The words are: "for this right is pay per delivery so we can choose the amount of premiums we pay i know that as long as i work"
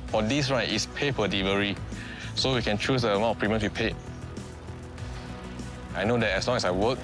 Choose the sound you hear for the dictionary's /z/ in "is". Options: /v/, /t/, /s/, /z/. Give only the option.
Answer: /s/